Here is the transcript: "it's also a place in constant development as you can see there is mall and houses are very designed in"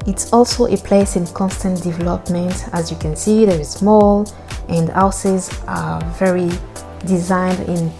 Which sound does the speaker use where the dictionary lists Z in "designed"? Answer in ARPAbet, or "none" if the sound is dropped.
Z